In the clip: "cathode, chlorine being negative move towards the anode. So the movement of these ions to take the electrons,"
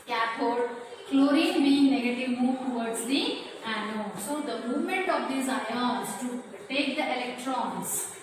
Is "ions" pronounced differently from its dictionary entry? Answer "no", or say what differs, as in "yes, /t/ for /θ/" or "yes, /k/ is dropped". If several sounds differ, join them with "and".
yes, /n/ is dropped